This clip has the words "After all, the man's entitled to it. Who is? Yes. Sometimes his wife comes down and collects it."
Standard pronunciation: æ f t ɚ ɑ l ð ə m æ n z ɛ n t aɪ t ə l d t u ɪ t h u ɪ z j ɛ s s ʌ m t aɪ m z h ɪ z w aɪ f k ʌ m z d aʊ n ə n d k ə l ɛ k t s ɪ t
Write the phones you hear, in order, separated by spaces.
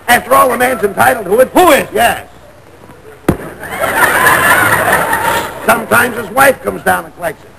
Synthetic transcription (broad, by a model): æ f t ɚ ɑ l ð ə m æ n z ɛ n t aɪ t l d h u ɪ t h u ɪ z j ɛ s s ʌ m t aɪ m z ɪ z w aɪ f k ʌ m z d aʊ n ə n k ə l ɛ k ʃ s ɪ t